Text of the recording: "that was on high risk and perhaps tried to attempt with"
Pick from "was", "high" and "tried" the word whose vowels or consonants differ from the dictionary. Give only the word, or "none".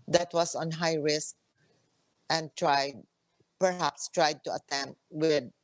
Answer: was